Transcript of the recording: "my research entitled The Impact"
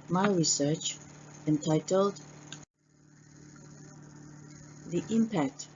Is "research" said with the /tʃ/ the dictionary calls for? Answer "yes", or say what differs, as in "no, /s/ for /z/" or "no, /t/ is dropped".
yes